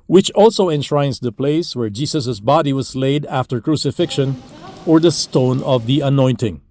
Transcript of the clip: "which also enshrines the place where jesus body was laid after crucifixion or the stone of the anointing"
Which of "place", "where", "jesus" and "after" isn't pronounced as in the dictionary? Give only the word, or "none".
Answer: jesus